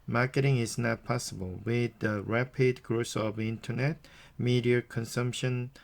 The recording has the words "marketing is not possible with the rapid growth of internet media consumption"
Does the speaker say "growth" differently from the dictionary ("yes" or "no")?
yes